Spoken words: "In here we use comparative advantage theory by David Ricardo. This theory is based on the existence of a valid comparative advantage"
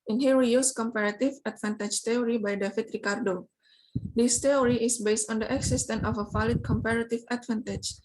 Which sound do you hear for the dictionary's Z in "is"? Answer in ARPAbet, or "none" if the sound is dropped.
S